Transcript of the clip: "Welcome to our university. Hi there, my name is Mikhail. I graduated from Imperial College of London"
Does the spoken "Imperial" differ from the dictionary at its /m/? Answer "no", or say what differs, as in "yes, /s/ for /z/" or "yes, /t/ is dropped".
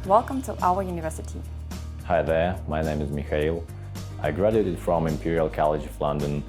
no